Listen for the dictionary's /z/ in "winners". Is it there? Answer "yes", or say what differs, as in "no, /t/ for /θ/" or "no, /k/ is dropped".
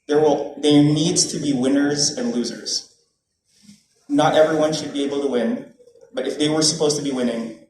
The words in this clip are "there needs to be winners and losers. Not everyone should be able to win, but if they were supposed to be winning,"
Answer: yes